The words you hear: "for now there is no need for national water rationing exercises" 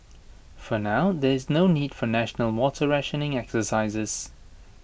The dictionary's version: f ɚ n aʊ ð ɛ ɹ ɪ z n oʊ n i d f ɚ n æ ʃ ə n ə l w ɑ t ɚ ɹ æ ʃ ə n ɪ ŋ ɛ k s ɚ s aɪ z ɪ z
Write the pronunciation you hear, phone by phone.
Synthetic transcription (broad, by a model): f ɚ n aʊ ð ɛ ɹ ɪ z n oʊ n i d f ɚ n æ ʃ ə n ə l w ɑ t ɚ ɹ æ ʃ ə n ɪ ŋ ɛ k s ɚ s aɪ z ɪ z